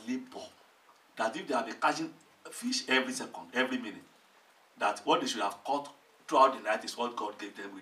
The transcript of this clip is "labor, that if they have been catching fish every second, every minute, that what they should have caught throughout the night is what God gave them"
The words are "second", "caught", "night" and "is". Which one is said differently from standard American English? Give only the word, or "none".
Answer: is